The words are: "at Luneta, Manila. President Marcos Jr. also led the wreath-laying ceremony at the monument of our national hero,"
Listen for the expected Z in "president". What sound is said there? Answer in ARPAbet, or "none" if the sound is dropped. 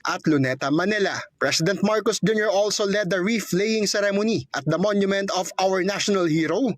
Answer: S